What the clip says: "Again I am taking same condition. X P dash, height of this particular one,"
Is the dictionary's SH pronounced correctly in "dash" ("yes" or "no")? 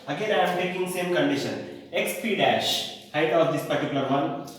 yes